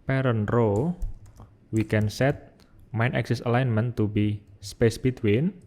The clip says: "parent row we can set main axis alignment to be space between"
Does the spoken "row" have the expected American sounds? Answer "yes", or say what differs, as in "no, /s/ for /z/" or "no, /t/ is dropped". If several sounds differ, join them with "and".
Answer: yes